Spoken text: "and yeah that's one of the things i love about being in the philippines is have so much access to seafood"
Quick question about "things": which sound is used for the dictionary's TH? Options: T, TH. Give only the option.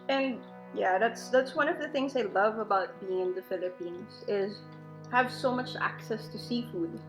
TH